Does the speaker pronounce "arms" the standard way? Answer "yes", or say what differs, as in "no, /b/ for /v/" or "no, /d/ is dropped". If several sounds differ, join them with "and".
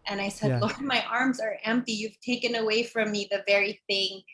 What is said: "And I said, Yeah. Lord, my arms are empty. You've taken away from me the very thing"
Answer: yes